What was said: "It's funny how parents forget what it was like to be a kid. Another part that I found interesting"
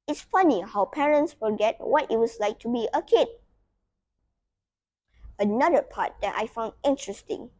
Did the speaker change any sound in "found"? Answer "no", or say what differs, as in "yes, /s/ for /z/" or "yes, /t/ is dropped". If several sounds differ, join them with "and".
no